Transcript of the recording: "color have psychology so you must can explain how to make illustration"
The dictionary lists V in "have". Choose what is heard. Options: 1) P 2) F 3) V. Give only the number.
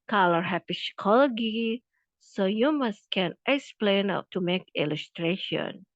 1